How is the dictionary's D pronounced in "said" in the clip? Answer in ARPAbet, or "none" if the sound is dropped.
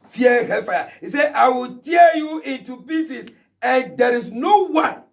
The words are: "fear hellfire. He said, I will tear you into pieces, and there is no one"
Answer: none